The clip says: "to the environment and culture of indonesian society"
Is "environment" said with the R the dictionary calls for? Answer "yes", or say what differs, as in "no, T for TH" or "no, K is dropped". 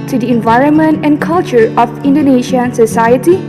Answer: yes